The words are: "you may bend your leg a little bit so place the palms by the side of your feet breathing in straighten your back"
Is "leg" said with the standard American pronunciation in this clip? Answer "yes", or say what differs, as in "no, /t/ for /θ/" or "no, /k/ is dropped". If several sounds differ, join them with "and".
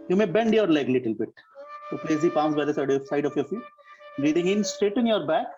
no, /ɡ/ is dropped